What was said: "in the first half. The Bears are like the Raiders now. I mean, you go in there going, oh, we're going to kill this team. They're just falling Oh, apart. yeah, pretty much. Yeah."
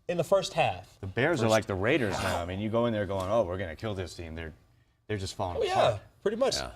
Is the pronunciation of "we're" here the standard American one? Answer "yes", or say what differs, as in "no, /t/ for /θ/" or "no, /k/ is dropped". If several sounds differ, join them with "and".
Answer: yes